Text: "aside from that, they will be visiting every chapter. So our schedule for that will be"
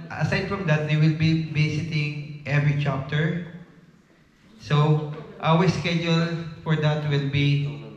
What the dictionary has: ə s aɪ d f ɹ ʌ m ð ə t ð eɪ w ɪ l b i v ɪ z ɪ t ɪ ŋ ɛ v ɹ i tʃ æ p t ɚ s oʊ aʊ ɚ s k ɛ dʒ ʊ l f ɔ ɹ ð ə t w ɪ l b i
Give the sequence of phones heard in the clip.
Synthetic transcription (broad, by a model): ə s aɪ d f ɹ ʌ m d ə t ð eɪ w ɪ l b i b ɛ s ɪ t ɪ ŋ ɛ v ɹ i tʃ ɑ p t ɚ s oʊ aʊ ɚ s k ɛ dʒ ʊ l f ɔ ɹ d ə t w ɪ l b i